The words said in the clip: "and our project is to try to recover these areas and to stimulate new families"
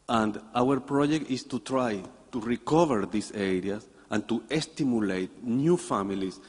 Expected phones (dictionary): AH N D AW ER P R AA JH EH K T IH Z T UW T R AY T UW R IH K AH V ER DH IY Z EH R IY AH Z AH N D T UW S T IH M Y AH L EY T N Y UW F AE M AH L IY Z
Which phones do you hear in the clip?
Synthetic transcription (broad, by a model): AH N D AW ER P R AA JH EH K T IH S T UW T R AY T UW R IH K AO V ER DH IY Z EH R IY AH S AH N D T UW S T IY M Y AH L EY T N Y UW F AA M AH L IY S